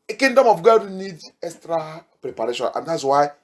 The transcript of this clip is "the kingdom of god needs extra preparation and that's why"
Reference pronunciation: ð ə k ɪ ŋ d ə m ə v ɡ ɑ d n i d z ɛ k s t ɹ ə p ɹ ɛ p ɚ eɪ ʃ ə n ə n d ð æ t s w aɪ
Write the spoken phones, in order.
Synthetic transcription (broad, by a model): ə k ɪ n d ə m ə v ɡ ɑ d n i d ɛ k s t ɹ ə p ɹ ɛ p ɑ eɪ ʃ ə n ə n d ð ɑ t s w aɪ